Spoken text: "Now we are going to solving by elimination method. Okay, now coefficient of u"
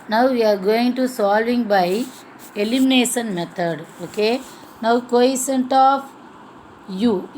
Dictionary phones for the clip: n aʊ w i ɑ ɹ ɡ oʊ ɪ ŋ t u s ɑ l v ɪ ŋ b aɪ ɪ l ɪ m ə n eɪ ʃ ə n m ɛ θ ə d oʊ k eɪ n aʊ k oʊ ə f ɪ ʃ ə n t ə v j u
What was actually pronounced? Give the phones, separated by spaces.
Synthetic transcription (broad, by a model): n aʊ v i ɑ ɹ ɡ oʊ ɪ ŋ t u s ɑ l v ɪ ŋ b aɪ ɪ l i m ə n eɪ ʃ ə n m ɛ t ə d oʊ k eɪ n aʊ k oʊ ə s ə n t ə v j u